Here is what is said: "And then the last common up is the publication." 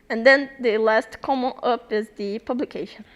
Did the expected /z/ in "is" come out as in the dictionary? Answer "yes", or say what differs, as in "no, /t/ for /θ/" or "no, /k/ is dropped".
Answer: yes